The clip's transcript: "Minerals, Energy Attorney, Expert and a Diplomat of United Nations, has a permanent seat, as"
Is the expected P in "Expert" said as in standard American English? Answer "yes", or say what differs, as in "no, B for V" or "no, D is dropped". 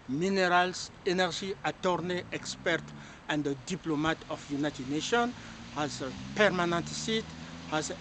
yes